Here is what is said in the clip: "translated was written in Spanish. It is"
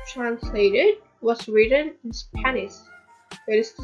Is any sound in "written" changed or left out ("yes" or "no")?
no